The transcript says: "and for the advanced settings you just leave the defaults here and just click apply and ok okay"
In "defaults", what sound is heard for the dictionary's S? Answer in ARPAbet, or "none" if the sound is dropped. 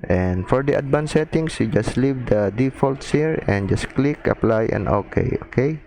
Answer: S